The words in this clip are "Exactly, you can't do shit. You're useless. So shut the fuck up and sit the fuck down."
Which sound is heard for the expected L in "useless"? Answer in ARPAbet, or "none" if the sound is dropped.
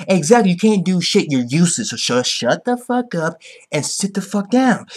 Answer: none